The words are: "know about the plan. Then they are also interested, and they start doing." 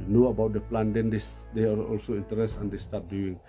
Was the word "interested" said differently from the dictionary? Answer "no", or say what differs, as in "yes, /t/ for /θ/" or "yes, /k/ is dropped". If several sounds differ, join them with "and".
yes, /ɹ/ is dropped and /s/ is dropped